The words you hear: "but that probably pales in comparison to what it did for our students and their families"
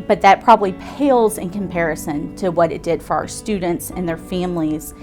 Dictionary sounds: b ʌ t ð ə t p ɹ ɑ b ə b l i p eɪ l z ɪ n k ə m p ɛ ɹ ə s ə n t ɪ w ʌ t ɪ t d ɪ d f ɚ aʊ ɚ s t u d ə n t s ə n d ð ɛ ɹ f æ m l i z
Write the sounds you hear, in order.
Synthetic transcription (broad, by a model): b ʌ t ð ə t p ɹ ɑ b ə b l i p eɪ l z ɪ n k ə m p ɛ ɹ ə s ə n t ɪ w ʌ t ɪ t d ɪ d f ɚ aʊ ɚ s t u d n t s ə n ð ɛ ɹ f æ m l i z